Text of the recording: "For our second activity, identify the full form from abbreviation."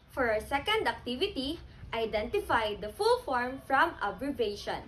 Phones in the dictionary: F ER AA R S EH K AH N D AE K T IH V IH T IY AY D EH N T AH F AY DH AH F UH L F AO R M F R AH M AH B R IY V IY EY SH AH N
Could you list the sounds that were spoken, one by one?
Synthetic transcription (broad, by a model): F AA R S EH K AH N D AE K T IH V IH T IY AY D EH N T AH F AY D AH F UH L F AO R M F R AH M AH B R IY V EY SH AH N